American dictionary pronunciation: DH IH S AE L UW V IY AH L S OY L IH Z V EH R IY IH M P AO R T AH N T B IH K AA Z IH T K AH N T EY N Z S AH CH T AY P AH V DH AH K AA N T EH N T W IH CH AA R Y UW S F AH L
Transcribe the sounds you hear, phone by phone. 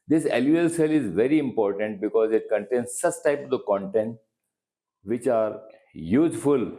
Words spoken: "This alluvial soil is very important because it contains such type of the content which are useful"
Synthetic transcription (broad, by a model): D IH S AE L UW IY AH L S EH L IH Z V EH R IY IH M P AO R T AH N T B IH K AA Z IH T K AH N T EY N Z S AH S T AY P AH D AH K AA N T EH N T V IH CH AA R Y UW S F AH L